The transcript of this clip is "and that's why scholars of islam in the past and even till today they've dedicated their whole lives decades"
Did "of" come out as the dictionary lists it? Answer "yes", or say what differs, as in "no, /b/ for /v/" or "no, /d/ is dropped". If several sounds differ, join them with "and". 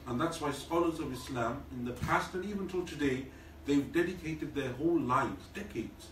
yes